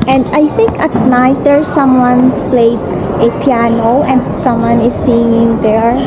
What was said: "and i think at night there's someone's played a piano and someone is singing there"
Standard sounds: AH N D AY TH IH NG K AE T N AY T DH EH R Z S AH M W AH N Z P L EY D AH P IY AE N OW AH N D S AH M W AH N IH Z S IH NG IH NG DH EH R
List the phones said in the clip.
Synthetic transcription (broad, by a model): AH N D AY TH IH NG K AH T N AY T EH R S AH M W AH N S P L EY D AH P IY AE N OW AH N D S AH M W AH N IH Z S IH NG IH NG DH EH R